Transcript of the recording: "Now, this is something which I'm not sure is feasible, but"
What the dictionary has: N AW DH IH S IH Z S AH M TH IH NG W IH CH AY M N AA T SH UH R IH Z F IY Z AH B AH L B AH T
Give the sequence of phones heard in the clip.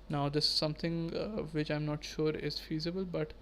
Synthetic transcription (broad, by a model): N AW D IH S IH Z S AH M T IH NG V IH CH AY M N AA T SH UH R IH Z F IY Z AH B AH L B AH T